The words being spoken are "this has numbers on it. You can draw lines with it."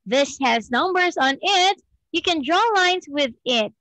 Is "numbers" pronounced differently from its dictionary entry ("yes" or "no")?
no